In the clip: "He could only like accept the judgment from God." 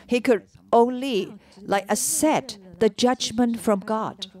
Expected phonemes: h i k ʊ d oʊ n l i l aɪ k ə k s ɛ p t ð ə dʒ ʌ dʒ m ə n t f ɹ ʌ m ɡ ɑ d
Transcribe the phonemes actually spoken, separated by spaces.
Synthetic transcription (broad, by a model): h i k ʊ d oʊ n l i l aɪ k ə s ɛ t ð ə dʒ ʌ dʒ m ə n t f ɹ ʌ m ɡ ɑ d